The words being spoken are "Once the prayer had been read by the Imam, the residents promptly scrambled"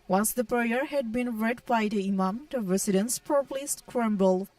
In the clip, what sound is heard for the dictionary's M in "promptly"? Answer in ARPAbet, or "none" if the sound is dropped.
none